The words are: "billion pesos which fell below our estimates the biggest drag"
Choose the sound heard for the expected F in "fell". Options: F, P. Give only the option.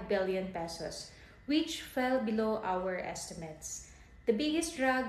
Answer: F